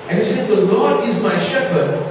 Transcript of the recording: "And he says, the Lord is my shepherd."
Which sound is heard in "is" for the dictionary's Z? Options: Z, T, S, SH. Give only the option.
Z